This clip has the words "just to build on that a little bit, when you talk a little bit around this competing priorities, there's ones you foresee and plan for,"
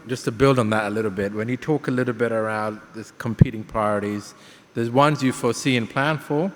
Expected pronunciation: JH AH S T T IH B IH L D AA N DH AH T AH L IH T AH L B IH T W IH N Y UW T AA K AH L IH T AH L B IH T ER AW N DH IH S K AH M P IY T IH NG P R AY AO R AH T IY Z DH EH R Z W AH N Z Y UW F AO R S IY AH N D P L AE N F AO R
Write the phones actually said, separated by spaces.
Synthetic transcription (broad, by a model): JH AH S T T IH B IH L D N DH AH T AH L IH T L B IH T W IH N Y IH T AA K AH L IH T L B IH T ER AW N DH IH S K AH M P IY T IH NG P R AY AO R AH T IY Z DH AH R Z W AH N Z Y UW F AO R S IY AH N P L AE N F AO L